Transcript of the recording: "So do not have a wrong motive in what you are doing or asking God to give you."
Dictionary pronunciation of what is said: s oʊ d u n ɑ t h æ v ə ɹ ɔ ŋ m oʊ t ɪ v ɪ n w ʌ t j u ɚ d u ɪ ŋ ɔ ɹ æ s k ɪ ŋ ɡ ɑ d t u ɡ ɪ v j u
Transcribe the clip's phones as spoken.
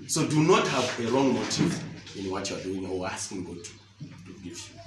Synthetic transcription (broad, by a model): s oʊ d u n ɑ t h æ v ə ɹ ɔ ŋ m oʊ t ɪ v ɪ n w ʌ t j u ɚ d u ɪ ŋ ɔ w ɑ s k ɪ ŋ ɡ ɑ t t u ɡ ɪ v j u